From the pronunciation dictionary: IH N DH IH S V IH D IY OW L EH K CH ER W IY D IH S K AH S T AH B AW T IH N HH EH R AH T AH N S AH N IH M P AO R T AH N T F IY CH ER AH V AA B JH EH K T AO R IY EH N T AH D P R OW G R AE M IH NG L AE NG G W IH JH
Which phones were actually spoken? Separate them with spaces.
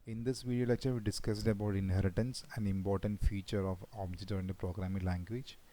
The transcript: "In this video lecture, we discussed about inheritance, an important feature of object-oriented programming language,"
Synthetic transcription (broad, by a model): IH N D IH S V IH D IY OW L EH K CH ER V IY D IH S K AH S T AH B AW T IH N HH EH R AH T AH N S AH N IH M P AO R T AH N T F IY CH ER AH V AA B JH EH T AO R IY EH N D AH P R OW G R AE M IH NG L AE NG G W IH JH